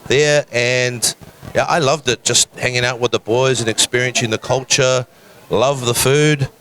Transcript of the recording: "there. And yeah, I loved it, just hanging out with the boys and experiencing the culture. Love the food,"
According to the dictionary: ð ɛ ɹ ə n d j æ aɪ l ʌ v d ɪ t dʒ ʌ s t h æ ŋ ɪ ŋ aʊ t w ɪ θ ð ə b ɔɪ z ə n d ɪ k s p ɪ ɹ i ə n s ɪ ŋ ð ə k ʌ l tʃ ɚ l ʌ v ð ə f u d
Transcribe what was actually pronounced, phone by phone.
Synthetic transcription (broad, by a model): ð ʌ ɹ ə n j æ aɪ l ʌ v d ɪ t dʒ ʌ s t h æ ŋ ɪ ŋ aʊ t w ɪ ð ə b ɔɪ z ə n ɪ k s p ɪ ɹ i ə n s ɪ ŋ ð ə k ʌ l tʃ ɚ l ʌ v ð ə f u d